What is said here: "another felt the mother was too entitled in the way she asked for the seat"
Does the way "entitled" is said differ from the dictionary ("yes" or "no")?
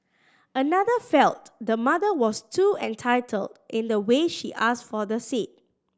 no